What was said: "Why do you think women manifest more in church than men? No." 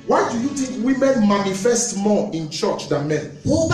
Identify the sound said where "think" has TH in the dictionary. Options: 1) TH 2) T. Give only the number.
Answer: 2